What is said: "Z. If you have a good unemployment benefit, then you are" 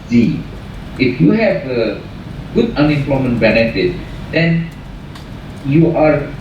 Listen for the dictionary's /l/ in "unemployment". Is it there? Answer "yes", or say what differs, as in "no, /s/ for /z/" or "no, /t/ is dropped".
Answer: yes